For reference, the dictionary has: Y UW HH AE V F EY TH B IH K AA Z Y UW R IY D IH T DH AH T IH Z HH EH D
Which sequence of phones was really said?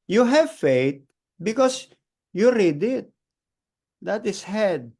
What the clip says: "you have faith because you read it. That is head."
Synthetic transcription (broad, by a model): Y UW HH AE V F EY T B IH K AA S Y UW R IY D IH T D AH T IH S HH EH D